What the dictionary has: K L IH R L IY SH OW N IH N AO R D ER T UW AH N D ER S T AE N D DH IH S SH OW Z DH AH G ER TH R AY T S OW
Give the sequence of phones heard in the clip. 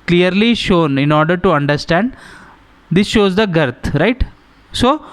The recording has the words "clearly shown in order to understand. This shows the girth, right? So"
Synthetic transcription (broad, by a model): K L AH R L IY SH OW N IH N AO R D ER T UW AH N D ER S T AE N D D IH S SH OW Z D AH G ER T R AY T S OW